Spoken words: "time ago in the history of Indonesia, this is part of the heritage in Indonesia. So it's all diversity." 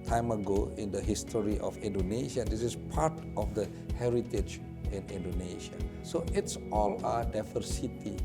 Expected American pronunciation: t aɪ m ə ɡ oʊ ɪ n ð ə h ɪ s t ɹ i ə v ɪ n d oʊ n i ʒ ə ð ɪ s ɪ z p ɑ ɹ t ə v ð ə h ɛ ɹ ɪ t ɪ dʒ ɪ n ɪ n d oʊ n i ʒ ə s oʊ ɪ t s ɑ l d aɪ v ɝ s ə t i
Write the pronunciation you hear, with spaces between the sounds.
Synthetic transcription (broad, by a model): t aɪ m ə ɡ oʊ ɪ n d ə h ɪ s t ɹ i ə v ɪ n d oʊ n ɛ ʃ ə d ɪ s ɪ s p ɑ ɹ t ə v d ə h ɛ ɹ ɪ t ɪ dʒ ɪ n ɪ n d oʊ n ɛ ʃ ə s oʊ ɪ t s ɑ l d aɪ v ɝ s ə t i